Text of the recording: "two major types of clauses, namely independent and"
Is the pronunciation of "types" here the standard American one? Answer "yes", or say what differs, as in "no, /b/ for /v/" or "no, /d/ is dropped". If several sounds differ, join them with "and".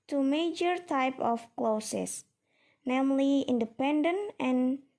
no, /s/ is dropped